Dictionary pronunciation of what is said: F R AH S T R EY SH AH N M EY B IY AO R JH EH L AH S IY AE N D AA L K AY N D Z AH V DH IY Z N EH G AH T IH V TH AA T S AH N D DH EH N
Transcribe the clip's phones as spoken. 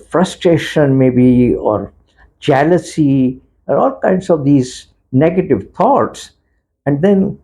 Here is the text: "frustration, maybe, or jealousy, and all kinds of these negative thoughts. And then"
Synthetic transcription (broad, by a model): F R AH S T R EY SH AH N M EY B IY AO R JH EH L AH S IY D AA L K AY N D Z AH V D IY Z N EH G AH T IH V T AA T S AH N D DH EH N